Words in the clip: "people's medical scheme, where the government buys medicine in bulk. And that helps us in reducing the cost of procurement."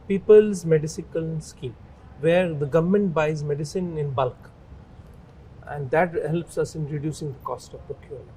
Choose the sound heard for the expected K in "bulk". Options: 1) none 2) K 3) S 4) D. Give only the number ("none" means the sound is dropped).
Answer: 2